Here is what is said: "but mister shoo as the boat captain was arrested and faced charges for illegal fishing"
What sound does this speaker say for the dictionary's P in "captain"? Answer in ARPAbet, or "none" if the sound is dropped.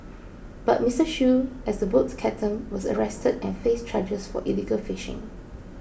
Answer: none